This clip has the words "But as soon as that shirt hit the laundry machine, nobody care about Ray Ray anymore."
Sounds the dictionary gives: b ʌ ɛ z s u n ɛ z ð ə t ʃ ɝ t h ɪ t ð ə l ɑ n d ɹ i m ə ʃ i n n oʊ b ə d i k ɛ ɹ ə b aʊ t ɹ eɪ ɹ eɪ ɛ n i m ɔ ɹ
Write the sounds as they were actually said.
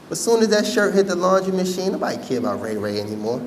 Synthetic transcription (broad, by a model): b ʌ s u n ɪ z ð ə t ʃ ɝ t h ɪ t ð ə l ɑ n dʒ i m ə ʃ i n n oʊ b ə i k ɛ ɹ ə b aʊ t ɹ eɪ ɹ eɪ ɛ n i m ɔ ɹ